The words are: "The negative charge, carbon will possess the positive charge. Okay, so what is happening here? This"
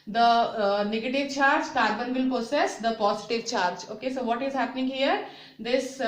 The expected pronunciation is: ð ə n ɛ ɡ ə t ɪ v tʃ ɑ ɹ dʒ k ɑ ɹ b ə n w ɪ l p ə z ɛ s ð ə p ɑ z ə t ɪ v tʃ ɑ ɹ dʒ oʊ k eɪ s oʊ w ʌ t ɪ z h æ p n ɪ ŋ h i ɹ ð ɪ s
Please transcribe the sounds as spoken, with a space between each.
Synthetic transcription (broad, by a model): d ə n ɛ ɡ ə t ɪ v tʃ ɑ ɹ dʒ k ɑ ɹ b ə n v ɪ l p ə s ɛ s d ə p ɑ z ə t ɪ v tʃ ɑ ɹ dʒ oʊ k eɪ s oʊ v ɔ t ɪ z h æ p n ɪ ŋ h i ɹ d ɪ s